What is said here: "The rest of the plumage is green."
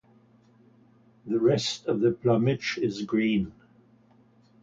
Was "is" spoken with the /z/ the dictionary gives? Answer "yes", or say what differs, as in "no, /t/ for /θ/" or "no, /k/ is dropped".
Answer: yes